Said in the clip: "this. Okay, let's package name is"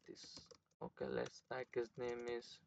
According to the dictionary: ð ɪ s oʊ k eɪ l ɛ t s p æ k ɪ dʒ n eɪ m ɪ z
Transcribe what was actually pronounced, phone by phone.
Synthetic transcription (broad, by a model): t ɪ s oʊ k eɪ l ɛ t s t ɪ k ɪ z n eɪ m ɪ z